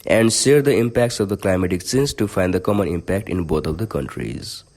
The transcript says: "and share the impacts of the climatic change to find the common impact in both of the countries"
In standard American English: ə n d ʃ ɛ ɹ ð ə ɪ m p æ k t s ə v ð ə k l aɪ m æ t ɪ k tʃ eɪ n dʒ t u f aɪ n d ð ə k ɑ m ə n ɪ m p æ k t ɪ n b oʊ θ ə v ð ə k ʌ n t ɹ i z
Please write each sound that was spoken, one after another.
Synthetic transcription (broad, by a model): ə n d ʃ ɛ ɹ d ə ɪ m p æ k t s ə v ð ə k l aɪ m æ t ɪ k s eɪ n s t u f aɪ n d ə k ɑ m ə n ɪ m p æ k t ɪ n b oʊ t ə v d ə k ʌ n t ɹ i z